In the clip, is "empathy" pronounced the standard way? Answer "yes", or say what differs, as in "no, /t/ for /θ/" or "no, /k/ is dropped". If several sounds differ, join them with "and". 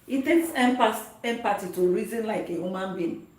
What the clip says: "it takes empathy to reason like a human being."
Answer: no, /t/ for /θ/